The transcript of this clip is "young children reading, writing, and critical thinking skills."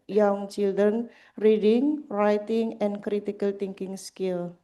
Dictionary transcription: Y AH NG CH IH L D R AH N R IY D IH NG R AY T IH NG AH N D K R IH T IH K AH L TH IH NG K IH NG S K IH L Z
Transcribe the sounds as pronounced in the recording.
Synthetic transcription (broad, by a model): Y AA NG CH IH L D R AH N R IY D IH NG R AY T IH NG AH N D K R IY T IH K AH L T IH NG K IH NG S K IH L